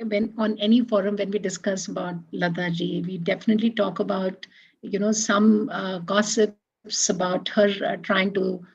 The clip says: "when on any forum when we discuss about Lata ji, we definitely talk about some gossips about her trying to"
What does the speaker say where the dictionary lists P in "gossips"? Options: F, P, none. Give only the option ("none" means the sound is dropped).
P